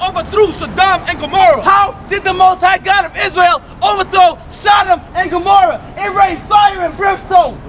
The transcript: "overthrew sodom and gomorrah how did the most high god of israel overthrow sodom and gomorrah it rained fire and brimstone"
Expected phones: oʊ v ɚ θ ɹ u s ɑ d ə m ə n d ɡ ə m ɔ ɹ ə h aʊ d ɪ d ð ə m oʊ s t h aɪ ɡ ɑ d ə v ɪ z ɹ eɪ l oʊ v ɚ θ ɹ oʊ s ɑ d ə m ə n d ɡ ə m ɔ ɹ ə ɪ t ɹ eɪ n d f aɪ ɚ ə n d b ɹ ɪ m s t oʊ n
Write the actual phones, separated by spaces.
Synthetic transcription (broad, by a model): oʊ v ɚ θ ɹ u s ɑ d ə m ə n ɡ ə m ɔ ɹ ə h aʊ d ɪ d ð ə m oʊ s t h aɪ ɡ ɑ d ə v ɪ z ɹ eɪ l oʊ v ɚ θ ɹ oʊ s ɑ d ə m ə n ɡ ə m ɔ ɹ ə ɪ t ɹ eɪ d f aɪ ɚ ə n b ɹ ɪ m s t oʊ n